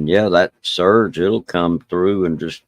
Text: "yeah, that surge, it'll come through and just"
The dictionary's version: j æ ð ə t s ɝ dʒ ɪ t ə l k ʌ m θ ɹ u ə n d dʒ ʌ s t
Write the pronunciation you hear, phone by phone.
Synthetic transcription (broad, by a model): j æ ð ə t s ɝ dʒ ɪ t l k ʌ m θ ɹ u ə n dʒ ʌ s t